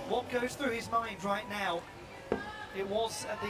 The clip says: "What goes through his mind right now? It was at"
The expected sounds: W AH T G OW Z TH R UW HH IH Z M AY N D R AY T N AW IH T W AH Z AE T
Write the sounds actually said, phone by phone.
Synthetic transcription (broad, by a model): W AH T G OW Z TH R UW IH Z M AY N D R AY T N AW IH T W AH Z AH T